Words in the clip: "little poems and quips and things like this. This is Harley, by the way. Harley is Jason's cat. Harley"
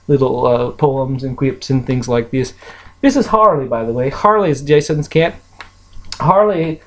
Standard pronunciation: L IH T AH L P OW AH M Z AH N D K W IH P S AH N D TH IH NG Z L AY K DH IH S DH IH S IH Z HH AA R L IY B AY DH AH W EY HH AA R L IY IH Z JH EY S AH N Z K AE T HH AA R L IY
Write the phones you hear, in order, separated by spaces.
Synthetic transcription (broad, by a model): L IH T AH P OW AH M Z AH N K W IH P S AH N TH IH NG Z L AY K DH IH S DH IH S IH Z HH AA R L IY B AY DH AH W EY HH AA R L IY IH Z JH EY S AH N Z K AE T HH AA R L IY